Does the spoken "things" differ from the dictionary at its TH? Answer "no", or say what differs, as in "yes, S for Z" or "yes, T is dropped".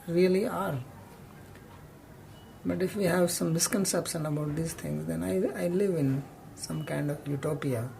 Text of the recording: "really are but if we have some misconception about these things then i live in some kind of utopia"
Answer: yes, T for TH